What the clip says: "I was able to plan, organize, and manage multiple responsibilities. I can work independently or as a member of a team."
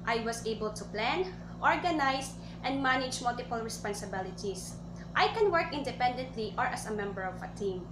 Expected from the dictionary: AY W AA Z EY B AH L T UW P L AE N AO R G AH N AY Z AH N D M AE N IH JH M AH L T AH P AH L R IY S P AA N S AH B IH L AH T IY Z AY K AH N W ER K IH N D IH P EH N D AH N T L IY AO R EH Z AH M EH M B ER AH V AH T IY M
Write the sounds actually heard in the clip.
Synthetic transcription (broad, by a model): AY W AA S EY B AH L T UW P L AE N AO R G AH N AY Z AH N D M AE N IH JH M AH L T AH P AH L R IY S P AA N S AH B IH L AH T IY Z AY K AH N W ER K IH N D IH P EH N D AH N T L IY AO R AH S AH M EH M B ER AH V AH T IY M